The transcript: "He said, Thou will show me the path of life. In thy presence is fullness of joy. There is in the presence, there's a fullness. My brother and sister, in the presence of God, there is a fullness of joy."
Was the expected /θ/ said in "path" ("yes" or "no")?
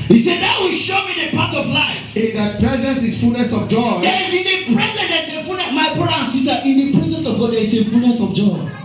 no